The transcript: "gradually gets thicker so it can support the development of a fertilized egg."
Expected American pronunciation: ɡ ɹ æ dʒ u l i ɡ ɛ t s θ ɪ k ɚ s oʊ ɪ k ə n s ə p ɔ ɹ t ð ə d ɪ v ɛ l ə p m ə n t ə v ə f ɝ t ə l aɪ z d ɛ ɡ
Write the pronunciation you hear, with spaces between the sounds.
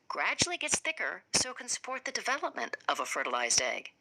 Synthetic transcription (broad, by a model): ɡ ɹ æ dʒ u l i ɡ ɛ t s θ ɪ k ɚ s oʊ ɪ k ə n s ə p ɔ ɹ t ð ə d ɪ v ɛ l ə p m ə n t ə v ə f ɝ t ə l aɪ z d ɛ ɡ